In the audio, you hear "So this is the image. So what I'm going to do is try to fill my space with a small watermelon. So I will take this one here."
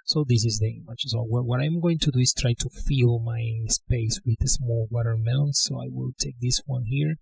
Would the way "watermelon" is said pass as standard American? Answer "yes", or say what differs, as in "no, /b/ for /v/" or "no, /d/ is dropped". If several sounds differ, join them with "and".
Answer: no, /l/ is dropped